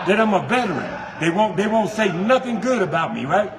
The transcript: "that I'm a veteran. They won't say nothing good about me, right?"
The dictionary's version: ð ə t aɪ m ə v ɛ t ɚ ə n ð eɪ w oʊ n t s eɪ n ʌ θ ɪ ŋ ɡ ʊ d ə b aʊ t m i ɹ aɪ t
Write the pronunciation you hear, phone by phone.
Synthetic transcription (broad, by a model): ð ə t aɪ m ə b ɛ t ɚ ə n ð eɪ w oʊ n t s eɪ n ʌ θ ɪ ŋ ɡ ʊ d ə b aʊ t m i ɹ aɪ t